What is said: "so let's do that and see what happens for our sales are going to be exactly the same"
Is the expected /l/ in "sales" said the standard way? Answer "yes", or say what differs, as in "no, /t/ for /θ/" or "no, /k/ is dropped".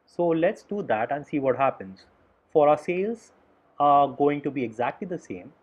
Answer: yes